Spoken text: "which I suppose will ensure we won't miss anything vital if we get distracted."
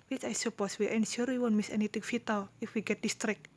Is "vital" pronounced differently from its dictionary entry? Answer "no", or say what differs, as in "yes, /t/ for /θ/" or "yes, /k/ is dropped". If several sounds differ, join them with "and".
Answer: yes, /f/ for /v/